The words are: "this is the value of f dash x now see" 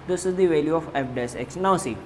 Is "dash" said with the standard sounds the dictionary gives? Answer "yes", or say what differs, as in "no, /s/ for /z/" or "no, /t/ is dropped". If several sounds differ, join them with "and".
no, /s/ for /ʃ/